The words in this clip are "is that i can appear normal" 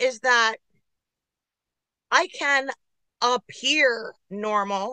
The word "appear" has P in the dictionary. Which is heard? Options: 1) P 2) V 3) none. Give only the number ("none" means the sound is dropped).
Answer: 1